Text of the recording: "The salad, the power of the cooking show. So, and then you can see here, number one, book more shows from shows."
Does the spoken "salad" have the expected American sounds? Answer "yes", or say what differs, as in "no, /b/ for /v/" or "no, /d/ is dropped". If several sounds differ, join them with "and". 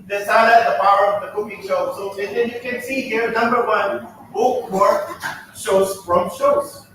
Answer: no, /l/ is dropped